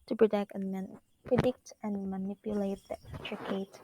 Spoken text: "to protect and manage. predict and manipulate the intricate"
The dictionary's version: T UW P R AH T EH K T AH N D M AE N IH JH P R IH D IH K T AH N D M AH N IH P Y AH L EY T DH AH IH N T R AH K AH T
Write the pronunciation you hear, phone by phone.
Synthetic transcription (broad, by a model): T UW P R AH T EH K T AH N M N P R IH D IH K T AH N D M AH N IH P Y AH L EY T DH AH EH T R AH K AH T